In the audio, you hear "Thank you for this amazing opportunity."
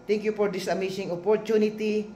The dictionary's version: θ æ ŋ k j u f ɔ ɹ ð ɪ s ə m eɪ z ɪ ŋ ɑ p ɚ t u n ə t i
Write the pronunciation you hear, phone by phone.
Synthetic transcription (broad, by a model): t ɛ ŋ k j u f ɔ ɹ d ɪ s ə m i s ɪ ŋ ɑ p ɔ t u n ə t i